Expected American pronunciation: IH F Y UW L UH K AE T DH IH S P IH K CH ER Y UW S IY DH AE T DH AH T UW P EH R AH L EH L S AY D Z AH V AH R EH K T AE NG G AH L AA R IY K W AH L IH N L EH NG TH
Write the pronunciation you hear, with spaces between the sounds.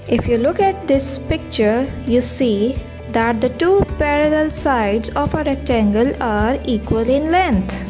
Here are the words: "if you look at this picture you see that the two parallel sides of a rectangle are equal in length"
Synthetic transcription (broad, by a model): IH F Y UW L UH K AE T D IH S P IH K CH ER Y UW S IY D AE T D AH T UW P EH R AH L EH L S AY D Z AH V AH R EH K T AE NG G AH L AA R IY K W AH L IH N L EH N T